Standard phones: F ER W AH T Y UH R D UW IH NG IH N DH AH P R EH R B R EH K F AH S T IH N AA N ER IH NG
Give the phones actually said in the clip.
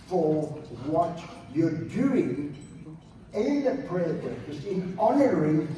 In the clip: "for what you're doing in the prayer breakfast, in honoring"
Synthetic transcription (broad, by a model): F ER W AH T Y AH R D UW IH NG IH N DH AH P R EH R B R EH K AH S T IH N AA N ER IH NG